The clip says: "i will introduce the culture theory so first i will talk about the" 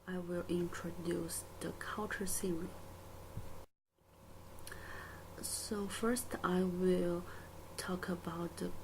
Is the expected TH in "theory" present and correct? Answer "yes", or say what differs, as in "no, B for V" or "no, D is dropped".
no, S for TH